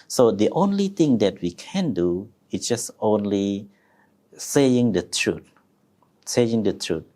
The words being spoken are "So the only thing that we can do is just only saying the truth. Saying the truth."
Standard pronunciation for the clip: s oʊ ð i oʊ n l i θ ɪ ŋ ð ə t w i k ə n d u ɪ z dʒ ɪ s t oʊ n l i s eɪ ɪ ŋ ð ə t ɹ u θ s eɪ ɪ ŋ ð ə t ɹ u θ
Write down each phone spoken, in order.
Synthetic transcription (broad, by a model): s oʊ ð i oʊ n l i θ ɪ ŋ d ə t w i k ə n d u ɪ s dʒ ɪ s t oʊ n l i s eɪ ɪ ŋ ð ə t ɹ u t s eɪ ɪ ŋ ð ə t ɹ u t